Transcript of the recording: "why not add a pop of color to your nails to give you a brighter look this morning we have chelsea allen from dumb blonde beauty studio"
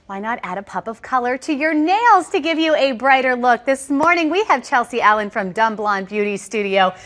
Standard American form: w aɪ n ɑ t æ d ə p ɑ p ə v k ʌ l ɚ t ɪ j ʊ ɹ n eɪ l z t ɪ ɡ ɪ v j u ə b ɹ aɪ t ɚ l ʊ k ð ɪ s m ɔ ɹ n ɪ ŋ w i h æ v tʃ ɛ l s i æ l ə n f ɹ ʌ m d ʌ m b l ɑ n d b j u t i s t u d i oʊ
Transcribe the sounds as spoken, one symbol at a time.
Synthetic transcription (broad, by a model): w aɪ n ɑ t æ d ə p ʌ p ə v k ʌ l ɚ t ɪ j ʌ ɹ n eɪ l z t ɪ ɡ ɪ v j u ə b ɹ aɪ t ɚ l ʊ k ð ɪ s m ɔ ɹ n ɪ ŋ w i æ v tʃ ɛ l s i æ l ə n f ɹ ʌ m d ʌ m b l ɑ n b j u t i s t u d i oʊ